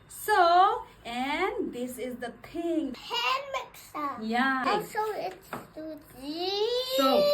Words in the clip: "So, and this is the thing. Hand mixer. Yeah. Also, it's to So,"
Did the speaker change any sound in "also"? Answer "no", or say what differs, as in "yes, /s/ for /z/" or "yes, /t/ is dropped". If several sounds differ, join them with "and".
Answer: yes, /l/ is dropped